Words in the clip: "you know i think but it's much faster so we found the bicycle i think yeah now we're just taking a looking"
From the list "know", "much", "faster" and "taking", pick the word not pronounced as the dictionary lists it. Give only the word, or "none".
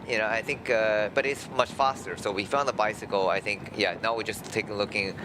taking